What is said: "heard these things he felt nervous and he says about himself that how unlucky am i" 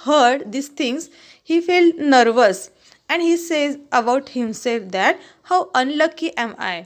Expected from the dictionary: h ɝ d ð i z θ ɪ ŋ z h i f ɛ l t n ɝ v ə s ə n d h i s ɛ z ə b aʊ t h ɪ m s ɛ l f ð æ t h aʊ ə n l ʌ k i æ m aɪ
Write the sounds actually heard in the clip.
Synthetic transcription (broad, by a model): h ɝ d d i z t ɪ ŋ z h i f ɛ l n ɝ v ə s ə n d h i s ɛ z ə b aʊ t h ɪ m s ɛ l f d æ t h aʊ ə n l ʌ k i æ m aɪ